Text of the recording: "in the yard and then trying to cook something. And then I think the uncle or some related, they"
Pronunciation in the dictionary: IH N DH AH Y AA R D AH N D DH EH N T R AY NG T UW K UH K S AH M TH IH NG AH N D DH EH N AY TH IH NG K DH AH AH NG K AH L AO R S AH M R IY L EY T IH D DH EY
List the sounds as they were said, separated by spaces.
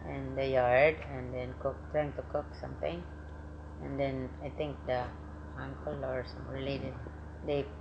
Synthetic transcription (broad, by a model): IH N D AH Y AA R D AH N D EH N T R AY NG T UW K UH K S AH M T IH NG AH N D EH N AY T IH NG K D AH AH NG K AH L AO R S AH M L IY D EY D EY